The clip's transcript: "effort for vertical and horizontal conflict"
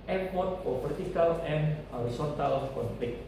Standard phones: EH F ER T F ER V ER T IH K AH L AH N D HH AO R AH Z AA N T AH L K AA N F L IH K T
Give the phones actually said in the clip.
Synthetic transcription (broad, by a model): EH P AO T P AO B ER T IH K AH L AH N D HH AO R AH S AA N T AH L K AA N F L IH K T